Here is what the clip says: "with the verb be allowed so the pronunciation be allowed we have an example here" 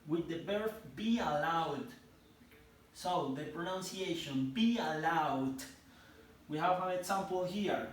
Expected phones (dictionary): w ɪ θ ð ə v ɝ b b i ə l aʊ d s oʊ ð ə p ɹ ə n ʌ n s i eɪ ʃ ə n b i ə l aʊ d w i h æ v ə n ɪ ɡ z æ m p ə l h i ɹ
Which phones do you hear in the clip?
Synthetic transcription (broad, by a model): w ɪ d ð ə b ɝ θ b i ə l aʊ d s oʊ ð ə p ɹ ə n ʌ n s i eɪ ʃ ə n b i ə l aʊ d w i h æ v ə n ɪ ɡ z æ m p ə l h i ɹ